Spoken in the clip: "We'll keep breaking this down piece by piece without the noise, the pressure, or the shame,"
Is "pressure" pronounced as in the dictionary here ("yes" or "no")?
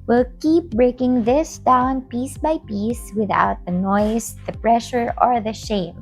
yes